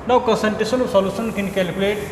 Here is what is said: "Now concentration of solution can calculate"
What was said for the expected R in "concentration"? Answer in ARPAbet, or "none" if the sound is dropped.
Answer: none